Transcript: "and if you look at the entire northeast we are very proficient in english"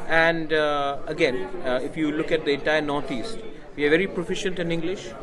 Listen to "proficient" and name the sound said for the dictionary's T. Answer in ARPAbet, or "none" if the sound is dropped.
T